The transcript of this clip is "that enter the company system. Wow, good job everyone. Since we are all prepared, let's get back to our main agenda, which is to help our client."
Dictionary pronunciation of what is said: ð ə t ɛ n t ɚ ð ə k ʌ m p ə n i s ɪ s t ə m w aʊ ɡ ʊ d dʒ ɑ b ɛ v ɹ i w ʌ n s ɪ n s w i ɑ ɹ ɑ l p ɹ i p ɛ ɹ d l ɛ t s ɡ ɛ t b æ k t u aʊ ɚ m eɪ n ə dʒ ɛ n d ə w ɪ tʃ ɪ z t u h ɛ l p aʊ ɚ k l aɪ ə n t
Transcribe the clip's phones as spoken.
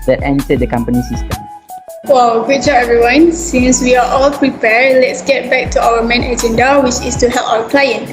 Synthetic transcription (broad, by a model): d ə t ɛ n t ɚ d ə k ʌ m p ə n i s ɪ s t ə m w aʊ ɡ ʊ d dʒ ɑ ɛ v ɹ i w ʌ n s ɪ n s w i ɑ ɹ ɑ l p ɹ i p ɛ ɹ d l ɛ t s ɡ ɛ t b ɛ k t u aʊ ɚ m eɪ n ə dʒ ɛ n d ə w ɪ tʃ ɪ s t u h ɛ l p aʊ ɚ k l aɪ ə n